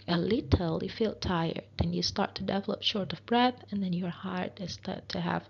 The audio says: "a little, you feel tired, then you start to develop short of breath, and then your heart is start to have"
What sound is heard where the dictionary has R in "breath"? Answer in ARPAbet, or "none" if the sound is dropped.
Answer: R